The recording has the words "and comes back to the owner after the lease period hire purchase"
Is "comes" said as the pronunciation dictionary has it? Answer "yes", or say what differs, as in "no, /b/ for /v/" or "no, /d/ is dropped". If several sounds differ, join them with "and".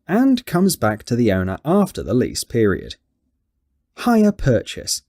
yes